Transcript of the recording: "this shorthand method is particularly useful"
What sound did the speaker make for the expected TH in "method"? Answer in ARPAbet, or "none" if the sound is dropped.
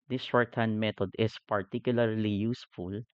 T